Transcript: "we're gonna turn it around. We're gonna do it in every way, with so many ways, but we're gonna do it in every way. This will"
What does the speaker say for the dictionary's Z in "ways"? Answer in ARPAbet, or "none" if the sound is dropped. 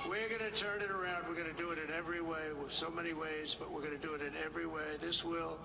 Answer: Z